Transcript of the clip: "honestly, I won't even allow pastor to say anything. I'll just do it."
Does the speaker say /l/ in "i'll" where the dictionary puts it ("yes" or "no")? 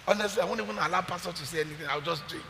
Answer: no